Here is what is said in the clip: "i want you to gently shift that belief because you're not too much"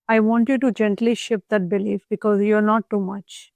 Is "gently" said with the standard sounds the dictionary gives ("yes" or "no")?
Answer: yes